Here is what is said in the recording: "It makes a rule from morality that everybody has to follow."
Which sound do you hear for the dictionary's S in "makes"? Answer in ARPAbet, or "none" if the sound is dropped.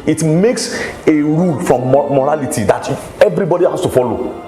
S